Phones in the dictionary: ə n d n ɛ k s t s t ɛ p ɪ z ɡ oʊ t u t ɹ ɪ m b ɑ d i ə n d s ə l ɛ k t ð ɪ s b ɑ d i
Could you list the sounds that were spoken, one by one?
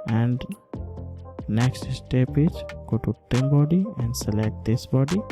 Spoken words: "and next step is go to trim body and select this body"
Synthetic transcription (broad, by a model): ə n d n ɛ k s t s t ɛ p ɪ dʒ ɡ oʊ t u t ɪ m b ɑ d i ə n d s ə l ɛ k t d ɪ s b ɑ d i